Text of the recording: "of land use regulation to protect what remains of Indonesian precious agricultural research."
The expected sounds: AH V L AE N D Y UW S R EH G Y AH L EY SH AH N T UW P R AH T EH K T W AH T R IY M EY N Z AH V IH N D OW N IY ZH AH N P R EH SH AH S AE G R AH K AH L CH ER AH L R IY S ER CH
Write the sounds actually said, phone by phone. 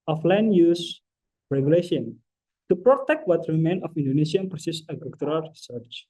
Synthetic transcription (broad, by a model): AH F L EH N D Y UW S R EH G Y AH L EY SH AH N T UW P R AH T EH K T W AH T R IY M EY N AH F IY N D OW N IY S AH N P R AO S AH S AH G AH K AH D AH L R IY S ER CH